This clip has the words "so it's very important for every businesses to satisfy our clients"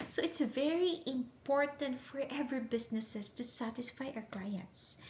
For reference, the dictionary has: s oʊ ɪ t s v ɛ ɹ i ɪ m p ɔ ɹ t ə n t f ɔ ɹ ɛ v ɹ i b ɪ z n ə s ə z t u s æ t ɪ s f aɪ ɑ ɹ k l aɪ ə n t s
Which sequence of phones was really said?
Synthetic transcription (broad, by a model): s oʊ ɪ t s v ɛ ɹ i ɪ m p ɔ ɹ t ə n t f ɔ ɹ ɛ v ɹ i b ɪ s n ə s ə s t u s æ t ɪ s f aɪ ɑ w k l aɪ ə n t s